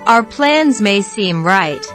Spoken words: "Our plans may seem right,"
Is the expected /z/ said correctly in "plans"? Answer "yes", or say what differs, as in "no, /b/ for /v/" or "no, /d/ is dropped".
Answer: yes